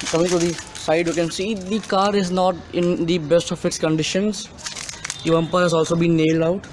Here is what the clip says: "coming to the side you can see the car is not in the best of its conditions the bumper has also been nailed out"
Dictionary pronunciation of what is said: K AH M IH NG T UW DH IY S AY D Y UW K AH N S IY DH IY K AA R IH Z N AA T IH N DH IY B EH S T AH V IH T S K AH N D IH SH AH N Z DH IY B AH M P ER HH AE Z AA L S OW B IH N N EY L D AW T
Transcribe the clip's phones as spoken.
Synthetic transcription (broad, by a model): K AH M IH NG T UW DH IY S AY D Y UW K AH N S IY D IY K AA R IH Z N AA T IH N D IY B EH S T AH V IH T S K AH N D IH SH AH N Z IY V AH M P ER HH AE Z AA L S OW B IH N N EY L D AW T